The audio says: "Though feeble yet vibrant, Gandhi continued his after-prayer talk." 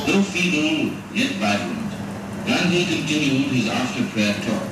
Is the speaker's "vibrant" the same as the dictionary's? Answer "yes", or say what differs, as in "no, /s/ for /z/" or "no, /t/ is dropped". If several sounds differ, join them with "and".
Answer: no, /b/ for /v/